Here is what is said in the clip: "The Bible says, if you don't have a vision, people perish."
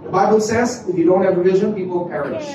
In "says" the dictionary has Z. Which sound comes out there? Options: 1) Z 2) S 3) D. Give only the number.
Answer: 1